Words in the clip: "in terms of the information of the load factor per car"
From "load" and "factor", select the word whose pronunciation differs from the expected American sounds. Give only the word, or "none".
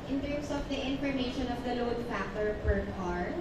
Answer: factor